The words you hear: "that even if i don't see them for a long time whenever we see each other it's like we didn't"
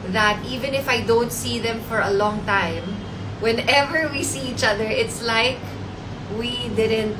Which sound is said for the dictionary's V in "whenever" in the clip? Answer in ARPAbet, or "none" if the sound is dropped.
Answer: V